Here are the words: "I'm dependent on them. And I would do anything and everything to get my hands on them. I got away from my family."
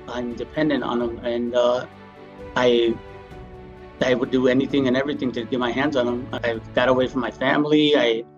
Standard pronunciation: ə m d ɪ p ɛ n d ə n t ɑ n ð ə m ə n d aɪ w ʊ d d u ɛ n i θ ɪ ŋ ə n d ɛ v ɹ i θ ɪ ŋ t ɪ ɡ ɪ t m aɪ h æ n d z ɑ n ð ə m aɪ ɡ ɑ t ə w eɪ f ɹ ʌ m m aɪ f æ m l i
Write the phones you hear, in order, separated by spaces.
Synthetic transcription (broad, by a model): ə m d ɪ p ɛ n d ə n t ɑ n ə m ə n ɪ aɪ w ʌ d d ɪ ɛ n i θ ɪ ŋ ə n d ɛ v ɹ i θ ɪ ŋ t ɪ ɡ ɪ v m aɪ h æ n d z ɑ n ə m aɪ ɡ ɑ t ə w eɪ f ɹ ʌ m m aɪ f æ m l i